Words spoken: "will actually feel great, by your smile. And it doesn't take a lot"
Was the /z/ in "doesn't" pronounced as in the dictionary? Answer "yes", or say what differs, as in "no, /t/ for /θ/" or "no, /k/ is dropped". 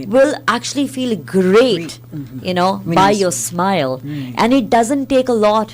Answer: yes